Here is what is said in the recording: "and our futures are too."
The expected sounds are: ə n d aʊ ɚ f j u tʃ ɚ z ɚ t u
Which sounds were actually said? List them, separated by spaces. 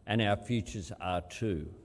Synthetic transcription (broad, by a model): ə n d aʊ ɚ f j u tʃ ɚ z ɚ t u